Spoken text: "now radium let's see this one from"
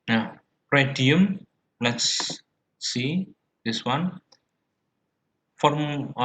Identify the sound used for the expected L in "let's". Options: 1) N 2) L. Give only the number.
2